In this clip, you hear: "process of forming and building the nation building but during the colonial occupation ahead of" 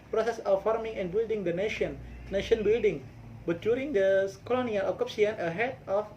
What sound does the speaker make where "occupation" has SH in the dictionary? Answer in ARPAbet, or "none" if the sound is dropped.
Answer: none